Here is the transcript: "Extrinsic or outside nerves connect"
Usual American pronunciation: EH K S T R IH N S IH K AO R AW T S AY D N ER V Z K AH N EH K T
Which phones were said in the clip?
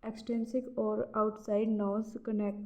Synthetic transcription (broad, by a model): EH K S T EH N S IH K AO R AW T S AY D N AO Z K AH N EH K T